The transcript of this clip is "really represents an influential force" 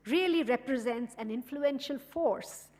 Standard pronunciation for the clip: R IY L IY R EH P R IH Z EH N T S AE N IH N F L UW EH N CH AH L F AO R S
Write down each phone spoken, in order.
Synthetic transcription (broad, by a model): R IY L IY R EH P R IH Z EH N T S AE N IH N F L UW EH N SH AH L F AO R S